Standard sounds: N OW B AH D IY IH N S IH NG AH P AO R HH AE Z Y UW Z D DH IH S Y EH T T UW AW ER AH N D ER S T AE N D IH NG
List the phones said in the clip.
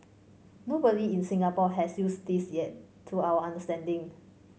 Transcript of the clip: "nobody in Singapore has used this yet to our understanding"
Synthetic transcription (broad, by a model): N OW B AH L IY IH N S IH NG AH P AO HH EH S Y UW S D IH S Y EH T T UW AW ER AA N D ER S T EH N D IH NG